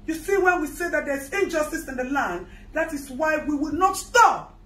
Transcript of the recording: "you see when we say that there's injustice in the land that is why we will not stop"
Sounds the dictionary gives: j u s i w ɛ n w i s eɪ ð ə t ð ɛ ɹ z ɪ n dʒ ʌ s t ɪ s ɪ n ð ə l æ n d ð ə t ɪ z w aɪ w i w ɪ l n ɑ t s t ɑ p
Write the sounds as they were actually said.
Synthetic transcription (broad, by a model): j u s i w ɛ n w i s eɪ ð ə t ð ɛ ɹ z ɪ n dʒ ʌ s t ɪ s ɪ n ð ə l æ n d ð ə t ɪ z w aɪ w i w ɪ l n ɑ t s t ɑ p